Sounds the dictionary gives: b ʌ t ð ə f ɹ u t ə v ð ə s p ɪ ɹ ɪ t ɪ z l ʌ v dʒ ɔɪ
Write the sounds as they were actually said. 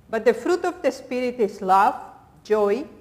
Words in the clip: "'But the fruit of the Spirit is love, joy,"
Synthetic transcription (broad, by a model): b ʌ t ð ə f ɹ u t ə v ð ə s p ɪ ɹ ɪ t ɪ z l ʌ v dʒ ɔɪ